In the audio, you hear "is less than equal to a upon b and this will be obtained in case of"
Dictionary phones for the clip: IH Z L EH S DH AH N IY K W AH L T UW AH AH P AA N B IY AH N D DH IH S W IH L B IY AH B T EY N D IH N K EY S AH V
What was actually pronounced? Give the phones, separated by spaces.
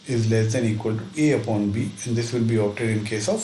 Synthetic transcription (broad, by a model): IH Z L EH S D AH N IY K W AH L T UW AH AH P AA N B IY AH N D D IH S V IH L B IY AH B T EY D IH N K EY S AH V